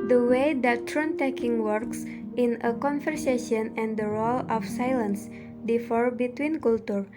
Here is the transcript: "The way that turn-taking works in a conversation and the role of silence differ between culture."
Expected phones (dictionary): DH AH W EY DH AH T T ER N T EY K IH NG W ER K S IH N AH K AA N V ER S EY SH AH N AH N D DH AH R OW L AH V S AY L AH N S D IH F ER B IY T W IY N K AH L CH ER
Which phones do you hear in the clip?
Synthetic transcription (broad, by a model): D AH W EY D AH T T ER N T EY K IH NG W ER K S IH N AH K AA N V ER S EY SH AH N AH N D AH R OW L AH F S AY L AH N S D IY F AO B IY T W IY N K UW L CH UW